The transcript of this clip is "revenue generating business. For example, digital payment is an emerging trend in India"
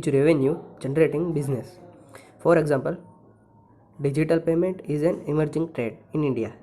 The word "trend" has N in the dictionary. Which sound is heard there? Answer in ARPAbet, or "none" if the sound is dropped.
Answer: none